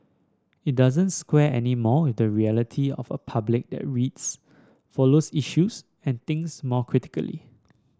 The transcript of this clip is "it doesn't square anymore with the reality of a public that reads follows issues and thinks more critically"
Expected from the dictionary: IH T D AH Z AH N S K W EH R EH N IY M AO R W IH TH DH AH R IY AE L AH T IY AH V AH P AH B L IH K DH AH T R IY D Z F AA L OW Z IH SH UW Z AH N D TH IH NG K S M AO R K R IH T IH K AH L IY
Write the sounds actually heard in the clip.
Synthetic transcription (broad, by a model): IH T D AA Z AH N S K W EH EH N IY M AO W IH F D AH R IY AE L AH T IY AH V AH P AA B L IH K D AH T R IY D S F AA L OW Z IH SH UW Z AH N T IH NG S M AO K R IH T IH K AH L IY